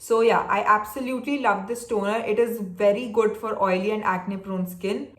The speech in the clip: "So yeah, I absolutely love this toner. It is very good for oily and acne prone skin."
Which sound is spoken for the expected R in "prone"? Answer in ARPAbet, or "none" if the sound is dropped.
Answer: R